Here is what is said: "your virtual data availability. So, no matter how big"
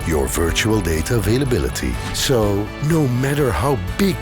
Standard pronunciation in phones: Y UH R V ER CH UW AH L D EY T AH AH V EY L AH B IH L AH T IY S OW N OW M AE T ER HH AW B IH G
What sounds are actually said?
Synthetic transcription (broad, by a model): Y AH R V ER CH UW AH L D EY T AH AH V EY L AH B IH L AH T IY S OW N OW M AE T ER HH AW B IH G